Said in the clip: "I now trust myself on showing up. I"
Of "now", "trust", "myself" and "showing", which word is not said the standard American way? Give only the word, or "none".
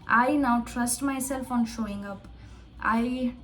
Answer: none